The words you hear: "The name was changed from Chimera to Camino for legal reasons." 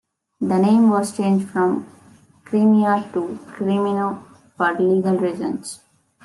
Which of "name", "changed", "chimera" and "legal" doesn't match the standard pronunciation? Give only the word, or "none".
chimera